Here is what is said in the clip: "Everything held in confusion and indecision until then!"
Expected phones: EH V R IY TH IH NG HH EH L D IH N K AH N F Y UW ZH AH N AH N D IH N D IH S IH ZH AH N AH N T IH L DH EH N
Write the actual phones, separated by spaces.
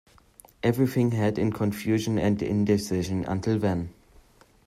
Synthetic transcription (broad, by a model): EH V R IY TH IH NG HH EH D IH N K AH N F Y UW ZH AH N AH N D IH N D IH S IH ZH AH N AH N T IH L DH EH N